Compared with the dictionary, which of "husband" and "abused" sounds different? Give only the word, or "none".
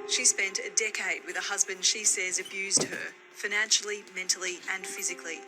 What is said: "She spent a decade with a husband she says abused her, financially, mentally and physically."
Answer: none